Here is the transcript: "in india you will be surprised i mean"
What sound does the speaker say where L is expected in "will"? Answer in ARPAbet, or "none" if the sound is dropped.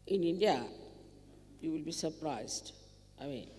L